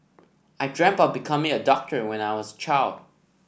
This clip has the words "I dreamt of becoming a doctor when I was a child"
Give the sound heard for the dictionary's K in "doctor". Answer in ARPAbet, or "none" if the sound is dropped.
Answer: K